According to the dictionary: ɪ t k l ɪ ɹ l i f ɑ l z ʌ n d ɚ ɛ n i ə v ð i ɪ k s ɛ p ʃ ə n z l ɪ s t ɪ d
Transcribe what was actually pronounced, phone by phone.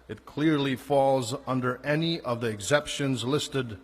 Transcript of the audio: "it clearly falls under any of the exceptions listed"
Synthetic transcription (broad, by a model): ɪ t k l ɪ ɹ l i f ɑ l z ʌ n d ɚ ɛ n i ə v ð i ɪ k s ɛ p ʃ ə n z l ɪ s t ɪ d